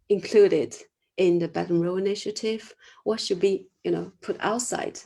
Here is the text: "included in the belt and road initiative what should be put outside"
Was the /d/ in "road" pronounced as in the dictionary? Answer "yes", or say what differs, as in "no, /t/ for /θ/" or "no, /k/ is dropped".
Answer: no, /d/ is dropped